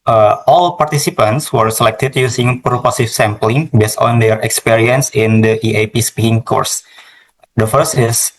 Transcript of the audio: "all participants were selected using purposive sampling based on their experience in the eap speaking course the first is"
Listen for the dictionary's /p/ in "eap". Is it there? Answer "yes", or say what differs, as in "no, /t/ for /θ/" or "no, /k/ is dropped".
yes